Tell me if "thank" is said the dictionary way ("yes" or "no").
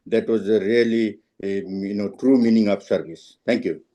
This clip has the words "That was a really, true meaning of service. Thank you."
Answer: no